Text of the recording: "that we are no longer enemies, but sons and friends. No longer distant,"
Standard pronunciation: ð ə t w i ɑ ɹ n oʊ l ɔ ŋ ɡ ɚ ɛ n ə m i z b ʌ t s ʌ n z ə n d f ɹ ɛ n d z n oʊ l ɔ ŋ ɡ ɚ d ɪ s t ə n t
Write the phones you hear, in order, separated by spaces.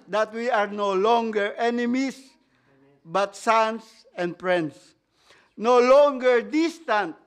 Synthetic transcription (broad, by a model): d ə t w i ɑ ɹ n oʊ l ɔ ŋ ɡ ɚ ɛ n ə m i s b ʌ t s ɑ n s ə n d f ɹ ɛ n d s n oʊ l ɔ ŋ ɡ ɚ d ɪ s t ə n t